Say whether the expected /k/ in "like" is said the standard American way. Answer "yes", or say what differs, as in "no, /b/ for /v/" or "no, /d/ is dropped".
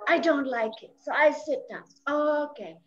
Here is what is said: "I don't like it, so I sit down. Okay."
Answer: yes